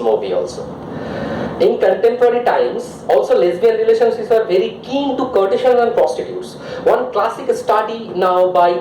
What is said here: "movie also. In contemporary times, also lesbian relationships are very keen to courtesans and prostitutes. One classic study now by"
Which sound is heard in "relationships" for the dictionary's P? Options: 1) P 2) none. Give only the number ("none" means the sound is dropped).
2